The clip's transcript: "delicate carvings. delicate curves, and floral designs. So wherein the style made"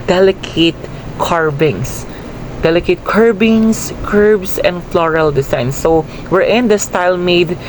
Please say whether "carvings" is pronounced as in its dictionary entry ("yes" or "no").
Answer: no